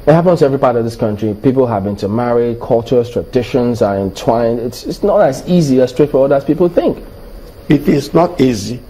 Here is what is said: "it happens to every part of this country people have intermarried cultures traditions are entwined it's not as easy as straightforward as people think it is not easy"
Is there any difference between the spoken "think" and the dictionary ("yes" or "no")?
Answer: no